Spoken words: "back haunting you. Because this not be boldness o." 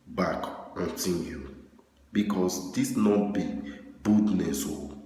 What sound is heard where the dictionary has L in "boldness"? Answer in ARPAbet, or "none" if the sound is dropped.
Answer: none